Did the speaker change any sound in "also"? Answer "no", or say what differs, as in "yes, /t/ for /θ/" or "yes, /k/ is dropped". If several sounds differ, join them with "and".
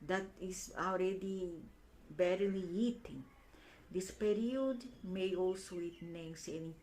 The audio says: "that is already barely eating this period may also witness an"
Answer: no